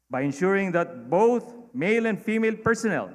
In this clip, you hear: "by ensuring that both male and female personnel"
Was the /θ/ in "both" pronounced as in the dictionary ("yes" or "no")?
no